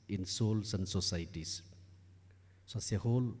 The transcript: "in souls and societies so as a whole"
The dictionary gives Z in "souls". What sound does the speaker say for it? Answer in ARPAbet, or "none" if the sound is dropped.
S